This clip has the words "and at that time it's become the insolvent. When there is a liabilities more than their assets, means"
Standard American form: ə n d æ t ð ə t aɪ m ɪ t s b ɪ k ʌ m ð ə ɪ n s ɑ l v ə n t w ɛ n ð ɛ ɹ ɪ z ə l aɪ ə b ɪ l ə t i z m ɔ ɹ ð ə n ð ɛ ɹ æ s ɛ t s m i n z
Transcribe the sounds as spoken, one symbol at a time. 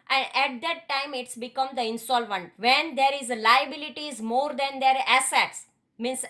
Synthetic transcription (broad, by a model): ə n d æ t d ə t aɪ m ɪ t s b ɪ k ʌ m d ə ɪ n s ɑ l v ə n t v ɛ n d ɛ ɹ ɪ z l aɪ ə b ɪ l ə t i z m ɔ ɹ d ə n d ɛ ɹ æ s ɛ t s m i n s